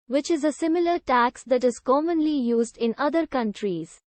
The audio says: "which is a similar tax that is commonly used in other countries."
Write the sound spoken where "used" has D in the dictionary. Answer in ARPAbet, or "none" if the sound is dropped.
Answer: D